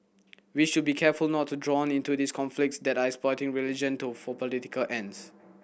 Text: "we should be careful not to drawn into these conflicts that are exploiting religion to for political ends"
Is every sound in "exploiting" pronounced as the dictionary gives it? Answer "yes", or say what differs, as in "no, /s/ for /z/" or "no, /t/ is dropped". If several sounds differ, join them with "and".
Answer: no, /l/ is dropped